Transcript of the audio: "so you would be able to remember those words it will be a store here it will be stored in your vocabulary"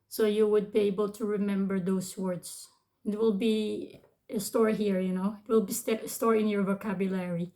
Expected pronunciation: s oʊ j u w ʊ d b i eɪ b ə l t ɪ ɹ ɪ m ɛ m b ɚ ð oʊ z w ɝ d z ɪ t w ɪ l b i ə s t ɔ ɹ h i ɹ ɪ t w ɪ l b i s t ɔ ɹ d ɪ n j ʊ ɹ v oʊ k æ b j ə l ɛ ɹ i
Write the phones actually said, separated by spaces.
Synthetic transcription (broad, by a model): s oʊ j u w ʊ d b i eɪ b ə l t ɪ ɹ ɪ m ɛ m b ɚ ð oʊ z w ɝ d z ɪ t w ɪ l b i ə s t ɔ ɹ h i ɹ ɪ t w ɪ l b i s t ɔ ɹ ɪ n j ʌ ɹ v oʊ k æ b j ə l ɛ ɹ i